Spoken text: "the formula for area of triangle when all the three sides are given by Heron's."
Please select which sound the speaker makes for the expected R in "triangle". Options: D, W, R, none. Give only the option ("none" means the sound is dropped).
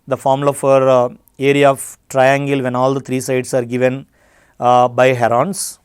R